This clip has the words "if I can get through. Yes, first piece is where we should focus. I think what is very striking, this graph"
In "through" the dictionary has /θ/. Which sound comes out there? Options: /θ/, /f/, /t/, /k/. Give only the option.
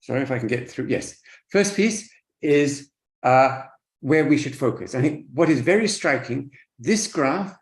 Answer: /θ/